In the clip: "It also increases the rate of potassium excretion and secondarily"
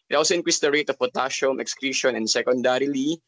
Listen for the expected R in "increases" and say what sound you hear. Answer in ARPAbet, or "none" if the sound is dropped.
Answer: W